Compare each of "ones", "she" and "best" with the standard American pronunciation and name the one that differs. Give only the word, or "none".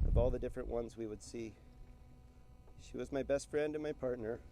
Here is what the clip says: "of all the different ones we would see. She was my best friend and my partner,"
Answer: none